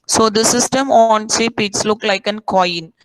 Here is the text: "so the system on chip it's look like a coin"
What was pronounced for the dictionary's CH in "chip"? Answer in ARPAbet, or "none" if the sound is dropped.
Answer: S